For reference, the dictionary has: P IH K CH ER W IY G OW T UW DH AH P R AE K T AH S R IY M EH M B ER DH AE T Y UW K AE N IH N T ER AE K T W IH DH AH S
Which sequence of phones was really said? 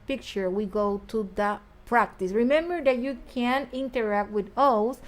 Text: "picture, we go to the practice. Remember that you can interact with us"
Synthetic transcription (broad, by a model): P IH K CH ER W IY G OW T UW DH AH P R AE K T AH S R IY M EH M B ER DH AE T Y UW K AE N IH N T ER AE K T W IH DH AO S